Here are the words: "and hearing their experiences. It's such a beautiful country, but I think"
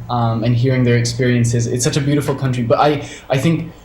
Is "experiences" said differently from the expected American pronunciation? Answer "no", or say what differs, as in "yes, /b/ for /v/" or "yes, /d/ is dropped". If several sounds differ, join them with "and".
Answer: no